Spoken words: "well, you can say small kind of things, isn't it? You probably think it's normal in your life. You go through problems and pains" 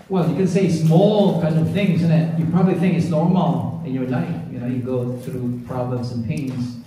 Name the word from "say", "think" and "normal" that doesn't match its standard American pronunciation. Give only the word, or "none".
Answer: none